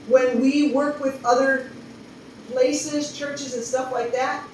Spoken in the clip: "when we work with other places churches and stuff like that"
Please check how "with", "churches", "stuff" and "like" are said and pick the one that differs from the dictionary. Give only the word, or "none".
none